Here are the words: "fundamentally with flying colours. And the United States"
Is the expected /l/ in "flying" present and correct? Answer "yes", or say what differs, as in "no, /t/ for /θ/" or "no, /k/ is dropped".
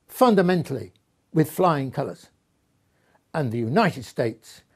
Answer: yes